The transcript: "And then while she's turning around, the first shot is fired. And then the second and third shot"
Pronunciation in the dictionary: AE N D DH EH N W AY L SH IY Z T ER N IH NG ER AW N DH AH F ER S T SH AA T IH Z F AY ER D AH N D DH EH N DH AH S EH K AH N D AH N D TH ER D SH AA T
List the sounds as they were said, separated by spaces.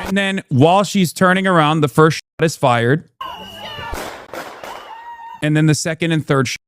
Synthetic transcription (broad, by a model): N DH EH N W AY L SH IY Z T ER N IH NG ER AW N DH AH F ER S T SH AA T IH Z F AY ER D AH N DH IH N DH AH S EH K AH N D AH N TH ER D SH